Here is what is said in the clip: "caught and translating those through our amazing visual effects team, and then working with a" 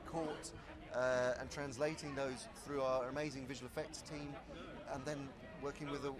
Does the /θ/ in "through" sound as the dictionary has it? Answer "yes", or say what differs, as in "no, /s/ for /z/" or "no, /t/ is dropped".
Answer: yes